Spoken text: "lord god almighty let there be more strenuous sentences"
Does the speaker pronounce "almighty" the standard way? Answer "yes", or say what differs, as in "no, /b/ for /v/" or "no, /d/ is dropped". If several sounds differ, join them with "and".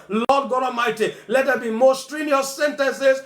no, /l/ is dropped